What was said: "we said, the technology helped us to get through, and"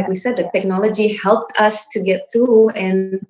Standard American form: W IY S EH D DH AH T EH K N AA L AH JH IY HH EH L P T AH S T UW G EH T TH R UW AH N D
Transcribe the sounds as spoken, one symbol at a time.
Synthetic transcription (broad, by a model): W IY S EH D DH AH T EH K N AA L AH JH IY HH EH L P T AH S T UW G EH T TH R UW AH N